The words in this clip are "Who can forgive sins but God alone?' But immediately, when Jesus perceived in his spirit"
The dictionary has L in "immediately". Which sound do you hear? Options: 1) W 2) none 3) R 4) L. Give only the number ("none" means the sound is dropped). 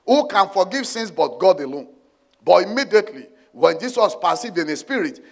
4